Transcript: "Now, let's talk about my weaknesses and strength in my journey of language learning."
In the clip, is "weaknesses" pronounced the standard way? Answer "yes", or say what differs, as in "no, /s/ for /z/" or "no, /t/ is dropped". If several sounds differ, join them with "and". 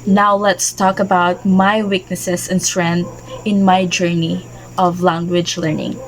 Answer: no, /s/ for /z/